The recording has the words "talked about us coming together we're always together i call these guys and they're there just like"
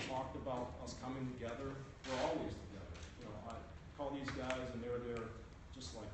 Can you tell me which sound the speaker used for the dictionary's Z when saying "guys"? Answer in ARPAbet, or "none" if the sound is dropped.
Z